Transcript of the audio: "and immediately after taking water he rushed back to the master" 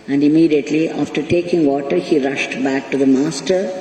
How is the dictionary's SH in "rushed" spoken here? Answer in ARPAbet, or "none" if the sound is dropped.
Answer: SH